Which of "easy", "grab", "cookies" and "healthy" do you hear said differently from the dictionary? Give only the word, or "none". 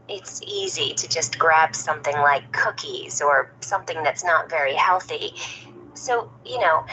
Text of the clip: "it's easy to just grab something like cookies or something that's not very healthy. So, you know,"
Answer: none